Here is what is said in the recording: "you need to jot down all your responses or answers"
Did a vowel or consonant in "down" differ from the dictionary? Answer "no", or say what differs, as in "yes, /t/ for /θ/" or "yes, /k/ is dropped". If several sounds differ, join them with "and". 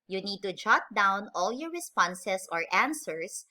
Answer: no